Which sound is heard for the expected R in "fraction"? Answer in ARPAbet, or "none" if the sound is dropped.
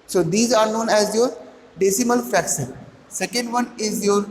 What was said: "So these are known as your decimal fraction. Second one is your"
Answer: none